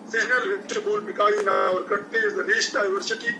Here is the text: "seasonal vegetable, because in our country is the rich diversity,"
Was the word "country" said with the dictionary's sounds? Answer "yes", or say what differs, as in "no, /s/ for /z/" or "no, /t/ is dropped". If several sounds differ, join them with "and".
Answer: no, /ɹ/ is dropped